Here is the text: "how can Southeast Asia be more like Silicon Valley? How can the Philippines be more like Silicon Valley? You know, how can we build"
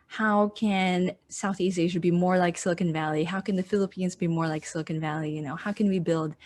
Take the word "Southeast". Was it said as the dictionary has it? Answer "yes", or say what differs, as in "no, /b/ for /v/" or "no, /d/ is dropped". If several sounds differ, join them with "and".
yes